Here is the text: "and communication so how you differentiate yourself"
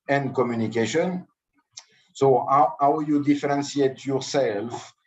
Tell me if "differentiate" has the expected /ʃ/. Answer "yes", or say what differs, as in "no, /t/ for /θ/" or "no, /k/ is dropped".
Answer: no, /s/ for /ʃ/